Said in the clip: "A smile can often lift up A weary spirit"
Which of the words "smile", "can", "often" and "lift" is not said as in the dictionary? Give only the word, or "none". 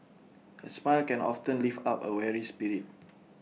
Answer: lift